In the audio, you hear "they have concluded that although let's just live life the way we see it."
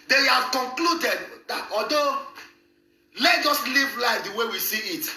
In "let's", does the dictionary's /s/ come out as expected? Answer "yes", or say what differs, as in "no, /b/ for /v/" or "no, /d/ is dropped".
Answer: no, /s/ is dropped